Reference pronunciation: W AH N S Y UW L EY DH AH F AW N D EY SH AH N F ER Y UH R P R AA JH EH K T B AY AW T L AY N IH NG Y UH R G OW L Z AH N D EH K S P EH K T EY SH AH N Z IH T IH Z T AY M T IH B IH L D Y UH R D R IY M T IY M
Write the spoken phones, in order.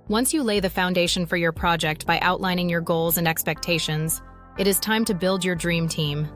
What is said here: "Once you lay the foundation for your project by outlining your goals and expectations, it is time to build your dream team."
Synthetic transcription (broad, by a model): W AH N S Y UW L EY DH AH F AW N D EY SH AH N F ER Y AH R P R AA JH EH K T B AY AW T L AY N IH NG Y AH R G OW L Z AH N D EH K S P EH K T EY SH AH N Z IH T IH Z T AY M T IH B IH L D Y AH R D R IY M T IY M